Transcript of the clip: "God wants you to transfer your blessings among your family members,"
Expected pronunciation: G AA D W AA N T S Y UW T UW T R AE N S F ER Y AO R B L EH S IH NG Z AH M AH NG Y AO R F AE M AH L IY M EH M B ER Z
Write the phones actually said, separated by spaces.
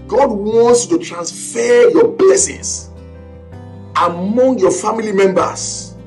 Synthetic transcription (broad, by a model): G AA D W AA N T S Y UW T UW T R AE N S F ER Y AO B L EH S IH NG S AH M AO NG Y AO F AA M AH L IY M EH M B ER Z